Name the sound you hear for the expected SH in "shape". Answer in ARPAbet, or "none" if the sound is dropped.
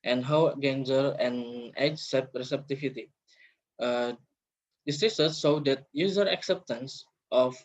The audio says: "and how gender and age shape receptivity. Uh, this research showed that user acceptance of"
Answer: S